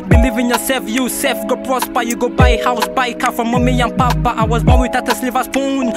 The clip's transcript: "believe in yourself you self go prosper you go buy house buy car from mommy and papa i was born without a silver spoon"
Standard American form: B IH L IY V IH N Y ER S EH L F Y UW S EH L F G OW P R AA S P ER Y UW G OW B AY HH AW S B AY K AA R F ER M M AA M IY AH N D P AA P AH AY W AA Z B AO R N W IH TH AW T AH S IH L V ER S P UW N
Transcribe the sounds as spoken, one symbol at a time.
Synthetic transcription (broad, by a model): B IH L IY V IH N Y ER S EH F Y UW S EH F G OW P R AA S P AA Y UW G OW B AY HH AW S B AY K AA F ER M M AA M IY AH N P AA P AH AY W AA Z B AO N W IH T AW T AH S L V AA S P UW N